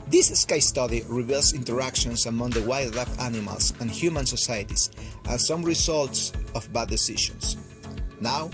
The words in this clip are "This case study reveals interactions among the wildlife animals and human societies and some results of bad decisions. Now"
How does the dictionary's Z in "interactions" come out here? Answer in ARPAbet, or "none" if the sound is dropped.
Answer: S